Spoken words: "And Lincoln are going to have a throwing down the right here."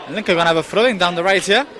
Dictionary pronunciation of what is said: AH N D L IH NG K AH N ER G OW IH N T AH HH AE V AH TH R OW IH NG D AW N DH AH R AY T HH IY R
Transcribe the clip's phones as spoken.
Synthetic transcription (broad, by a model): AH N L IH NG K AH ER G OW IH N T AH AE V AH F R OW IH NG D AW N DH AH R AY T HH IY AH